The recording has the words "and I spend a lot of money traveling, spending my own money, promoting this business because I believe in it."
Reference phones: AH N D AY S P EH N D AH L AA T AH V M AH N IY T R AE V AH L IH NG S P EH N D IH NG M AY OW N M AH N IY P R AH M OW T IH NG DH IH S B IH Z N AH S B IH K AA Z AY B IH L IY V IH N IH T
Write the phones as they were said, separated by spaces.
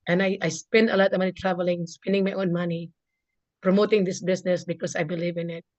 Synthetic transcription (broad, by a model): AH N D AY S P EH N D AH L AA T AH V M AH N IY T R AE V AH L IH NG S P EH N D IH NG M AY OW N M AH N IY P R AH M OW T IH NG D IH S B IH S N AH S B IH K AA S AY B IH L IY V IH N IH T